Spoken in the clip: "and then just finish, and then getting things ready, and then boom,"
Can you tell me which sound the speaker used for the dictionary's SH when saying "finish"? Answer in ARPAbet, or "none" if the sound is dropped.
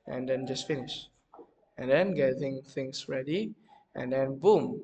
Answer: SH